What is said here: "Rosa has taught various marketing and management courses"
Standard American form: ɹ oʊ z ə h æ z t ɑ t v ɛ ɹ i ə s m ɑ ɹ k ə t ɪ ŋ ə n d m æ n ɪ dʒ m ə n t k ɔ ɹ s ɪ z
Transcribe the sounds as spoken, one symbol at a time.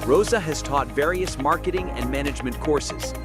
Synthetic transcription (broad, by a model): ɹ oʊ z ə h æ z t ɑ t v ɛ ɹ i ə s m ɑ ɹ k ə t ɪ ŋ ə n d m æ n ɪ dʒ m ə n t k ɔ ɹ s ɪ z